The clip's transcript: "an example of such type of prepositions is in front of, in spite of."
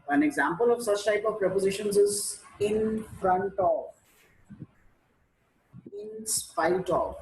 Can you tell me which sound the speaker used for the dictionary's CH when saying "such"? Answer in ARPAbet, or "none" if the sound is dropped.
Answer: CH